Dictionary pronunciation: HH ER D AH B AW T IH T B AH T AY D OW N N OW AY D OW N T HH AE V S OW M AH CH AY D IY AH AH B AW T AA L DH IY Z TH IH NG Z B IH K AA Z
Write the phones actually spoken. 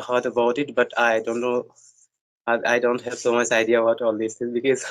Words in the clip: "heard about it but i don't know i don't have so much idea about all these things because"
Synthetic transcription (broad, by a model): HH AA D AH B AW T IH T B AH T AY D OW N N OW AY D OW N T HH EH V S OW M AH CH AY D IY AH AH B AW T AA L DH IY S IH Z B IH K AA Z